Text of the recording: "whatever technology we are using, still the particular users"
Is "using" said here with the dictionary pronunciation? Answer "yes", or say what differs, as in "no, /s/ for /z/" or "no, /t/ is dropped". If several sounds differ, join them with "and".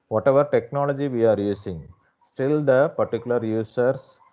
no, /s/ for /z/